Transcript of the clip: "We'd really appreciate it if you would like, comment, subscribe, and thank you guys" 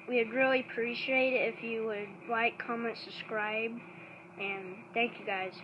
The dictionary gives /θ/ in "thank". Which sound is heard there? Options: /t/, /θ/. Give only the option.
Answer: /θ/